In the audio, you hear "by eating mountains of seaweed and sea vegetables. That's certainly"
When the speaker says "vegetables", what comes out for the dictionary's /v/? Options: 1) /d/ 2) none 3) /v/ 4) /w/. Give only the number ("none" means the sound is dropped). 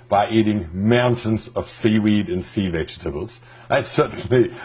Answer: 3